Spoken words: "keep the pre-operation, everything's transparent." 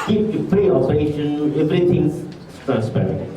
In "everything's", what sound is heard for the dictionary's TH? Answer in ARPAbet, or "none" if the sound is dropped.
T